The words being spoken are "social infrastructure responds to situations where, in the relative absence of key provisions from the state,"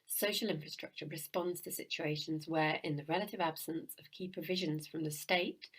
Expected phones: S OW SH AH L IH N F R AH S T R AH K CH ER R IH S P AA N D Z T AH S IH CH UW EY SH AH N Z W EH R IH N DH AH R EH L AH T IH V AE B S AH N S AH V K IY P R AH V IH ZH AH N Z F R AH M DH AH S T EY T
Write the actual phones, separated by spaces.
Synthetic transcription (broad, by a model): S OW SH AH L IH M F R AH S T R AH K CH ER R IH S P AA N D Z T AH S IH CH UW EY SH AH N Z W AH R IH N DH AH R EH L AH T IH V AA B S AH N S AH V K IY P R AH V IH ZH AH N Z F R AH M DH AH S T EY T